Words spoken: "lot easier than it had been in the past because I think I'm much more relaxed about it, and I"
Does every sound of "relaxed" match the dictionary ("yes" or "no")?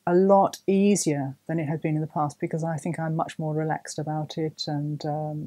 yes